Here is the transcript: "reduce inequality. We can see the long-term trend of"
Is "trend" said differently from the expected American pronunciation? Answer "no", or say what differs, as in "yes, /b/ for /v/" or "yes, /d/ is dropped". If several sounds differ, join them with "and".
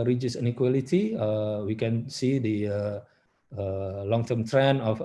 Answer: yes, /d/ is dropped